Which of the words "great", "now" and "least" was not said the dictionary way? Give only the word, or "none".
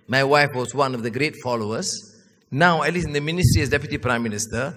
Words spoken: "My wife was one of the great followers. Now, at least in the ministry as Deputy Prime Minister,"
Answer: least